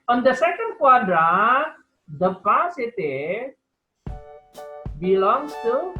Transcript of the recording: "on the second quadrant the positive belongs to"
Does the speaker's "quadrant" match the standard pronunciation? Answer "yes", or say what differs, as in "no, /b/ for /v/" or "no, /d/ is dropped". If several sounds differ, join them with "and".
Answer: no, /n/ is dropped